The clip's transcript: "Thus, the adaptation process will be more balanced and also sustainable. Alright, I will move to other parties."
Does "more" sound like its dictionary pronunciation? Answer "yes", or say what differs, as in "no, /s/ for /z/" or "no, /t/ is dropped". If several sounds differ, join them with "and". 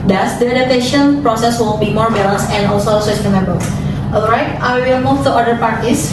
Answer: yes